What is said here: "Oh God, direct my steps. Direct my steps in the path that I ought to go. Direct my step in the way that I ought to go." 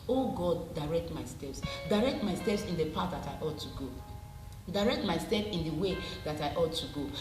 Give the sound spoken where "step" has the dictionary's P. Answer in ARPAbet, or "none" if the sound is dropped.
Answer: F